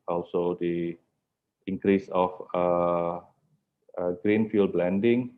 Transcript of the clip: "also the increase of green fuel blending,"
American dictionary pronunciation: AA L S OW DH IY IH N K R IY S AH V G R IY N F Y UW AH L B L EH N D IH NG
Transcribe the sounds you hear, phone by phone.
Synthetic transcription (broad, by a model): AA L S OW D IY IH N K R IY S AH F G R IY N F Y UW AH L B L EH N D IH NG